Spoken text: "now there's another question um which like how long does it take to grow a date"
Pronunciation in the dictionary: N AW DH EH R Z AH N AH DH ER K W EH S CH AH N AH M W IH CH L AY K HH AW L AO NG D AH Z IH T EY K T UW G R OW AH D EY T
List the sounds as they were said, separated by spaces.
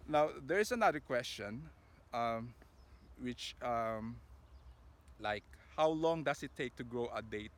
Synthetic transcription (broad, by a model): N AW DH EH R S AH N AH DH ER K W EH S CH AH N AH M W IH CH L AY K HH AW L AO NG D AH S IH T EY K T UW G R OW AH D EY T